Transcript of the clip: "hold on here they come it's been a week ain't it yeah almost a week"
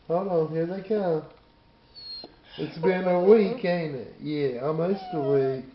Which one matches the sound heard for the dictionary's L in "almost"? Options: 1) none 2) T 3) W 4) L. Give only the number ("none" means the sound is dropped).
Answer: 1